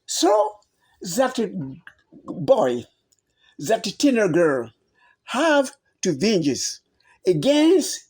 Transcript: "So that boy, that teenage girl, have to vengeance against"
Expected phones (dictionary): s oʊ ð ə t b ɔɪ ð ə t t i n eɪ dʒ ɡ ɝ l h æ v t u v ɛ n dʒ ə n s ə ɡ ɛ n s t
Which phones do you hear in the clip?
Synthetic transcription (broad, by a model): s oʊ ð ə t b ɔɪ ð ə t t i n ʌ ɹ ɡ ɝ l h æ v t u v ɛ n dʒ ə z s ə ɡ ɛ n s t